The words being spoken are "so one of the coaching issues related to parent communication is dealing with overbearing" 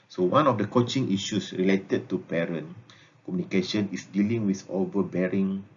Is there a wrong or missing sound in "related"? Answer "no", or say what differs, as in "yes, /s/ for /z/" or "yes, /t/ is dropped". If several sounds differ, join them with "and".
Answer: no